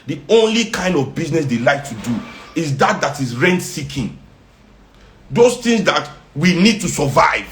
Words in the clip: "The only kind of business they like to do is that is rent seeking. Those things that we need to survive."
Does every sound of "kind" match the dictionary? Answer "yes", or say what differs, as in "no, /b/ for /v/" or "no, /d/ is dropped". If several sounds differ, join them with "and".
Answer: yes